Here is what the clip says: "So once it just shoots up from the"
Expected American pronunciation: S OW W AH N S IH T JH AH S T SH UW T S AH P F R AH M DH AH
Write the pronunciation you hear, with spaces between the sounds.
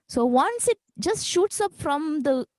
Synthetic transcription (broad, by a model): S OW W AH N S IH T JH AH S T SH UW T S AH P F R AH M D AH